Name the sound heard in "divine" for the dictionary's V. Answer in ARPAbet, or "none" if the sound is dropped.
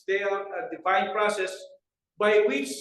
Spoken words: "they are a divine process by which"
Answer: F